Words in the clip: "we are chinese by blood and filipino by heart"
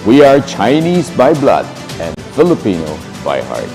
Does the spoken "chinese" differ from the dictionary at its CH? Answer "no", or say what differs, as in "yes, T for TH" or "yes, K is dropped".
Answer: no